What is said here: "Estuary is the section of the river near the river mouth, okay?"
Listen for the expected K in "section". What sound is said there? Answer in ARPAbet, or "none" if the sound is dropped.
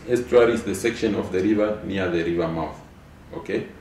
K